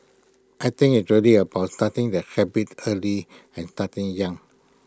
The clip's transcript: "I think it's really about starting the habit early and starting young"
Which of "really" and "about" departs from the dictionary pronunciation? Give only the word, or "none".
none